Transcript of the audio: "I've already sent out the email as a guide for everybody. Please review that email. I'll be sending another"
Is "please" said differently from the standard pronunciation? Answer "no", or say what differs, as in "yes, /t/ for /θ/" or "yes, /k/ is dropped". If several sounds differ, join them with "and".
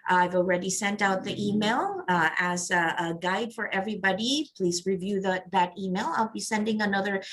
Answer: no